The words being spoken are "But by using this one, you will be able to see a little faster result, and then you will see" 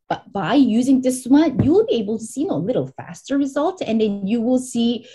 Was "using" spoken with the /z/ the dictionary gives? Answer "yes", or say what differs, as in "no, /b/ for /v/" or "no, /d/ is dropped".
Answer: yes